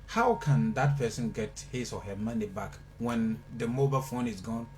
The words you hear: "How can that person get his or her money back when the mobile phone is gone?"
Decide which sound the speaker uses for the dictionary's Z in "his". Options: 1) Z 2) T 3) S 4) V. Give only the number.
3